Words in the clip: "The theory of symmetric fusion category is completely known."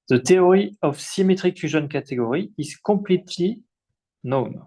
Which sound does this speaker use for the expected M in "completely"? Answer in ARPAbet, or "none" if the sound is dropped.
none